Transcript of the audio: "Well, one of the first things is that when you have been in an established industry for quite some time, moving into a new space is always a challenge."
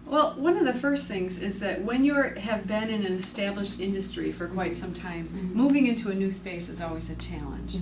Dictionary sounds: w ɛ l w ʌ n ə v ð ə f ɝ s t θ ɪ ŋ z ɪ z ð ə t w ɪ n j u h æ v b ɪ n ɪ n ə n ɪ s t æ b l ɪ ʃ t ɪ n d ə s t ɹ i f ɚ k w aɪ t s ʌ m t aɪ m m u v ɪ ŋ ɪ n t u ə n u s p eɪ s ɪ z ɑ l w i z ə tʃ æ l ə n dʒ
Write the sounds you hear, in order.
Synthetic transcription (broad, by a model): w ɛ l w ʌ n ə v ð ə f ɝ s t θ ɪ ŋ z ɪ z ð ə t w ɪ n j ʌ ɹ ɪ v b ɪ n ɪ n ə n ɪ s t æ b l ɪ ʃ t ɪ n d ə s t ɹ i f ɚ k w aɪ t s ʌ m t aɪ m m u v ɪ ŋ ɪ n t u ə n u s p eɪ s ɪ z ɑ l w i z ə tʃ æ l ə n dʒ